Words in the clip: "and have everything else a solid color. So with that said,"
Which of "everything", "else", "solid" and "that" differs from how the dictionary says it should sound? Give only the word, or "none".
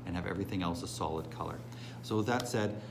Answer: none